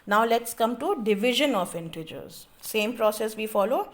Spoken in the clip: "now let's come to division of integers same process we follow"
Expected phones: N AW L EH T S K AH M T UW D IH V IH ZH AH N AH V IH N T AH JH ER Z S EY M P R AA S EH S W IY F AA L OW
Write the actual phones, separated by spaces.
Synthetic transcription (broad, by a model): N AW L EH T S K AH M T UW D IH V IH ZH AH N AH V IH N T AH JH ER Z S EY M P R AA S EH S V IY F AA L OW